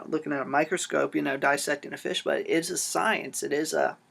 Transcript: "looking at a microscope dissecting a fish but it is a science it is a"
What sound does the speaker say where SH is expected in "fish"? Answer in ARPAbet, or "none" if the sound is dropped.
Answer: SH